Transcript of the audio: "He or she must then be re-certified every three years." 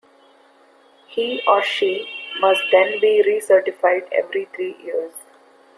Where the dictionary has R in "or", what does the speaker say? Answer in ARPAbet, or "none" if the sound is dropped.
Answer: R